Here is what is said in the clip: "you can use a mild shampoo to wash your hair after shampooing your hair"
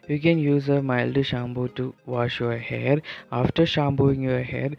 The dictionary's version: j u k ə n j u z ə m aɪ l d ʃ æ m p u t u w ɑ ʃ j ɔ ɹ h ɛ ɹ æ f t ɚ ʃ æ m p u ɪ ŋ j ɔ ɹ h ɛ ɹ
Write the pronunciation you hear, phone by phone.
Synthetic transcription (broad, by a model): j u k ə n j u z ə m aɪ l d ʃ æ m b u t u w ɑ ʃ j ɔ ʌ h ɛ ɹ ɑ f t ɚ ʃ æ m b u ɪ ŋ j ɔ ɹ h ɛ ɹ